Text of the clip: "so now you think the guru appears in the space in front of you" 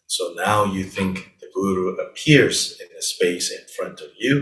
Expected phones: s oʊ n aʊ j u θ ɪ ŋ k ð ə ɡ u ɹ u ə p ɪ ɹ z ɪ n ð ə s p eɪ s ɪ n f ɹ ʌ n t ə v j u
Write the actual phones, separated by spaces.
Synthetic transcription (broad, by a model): s oʊ n aʊ j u θ ɪ ŋ k ð ə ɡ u ɹ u ə p ɪ ɹ z ɪ n ð ə s p eɪ s ɪ n f ɹ ʌ n t ə v j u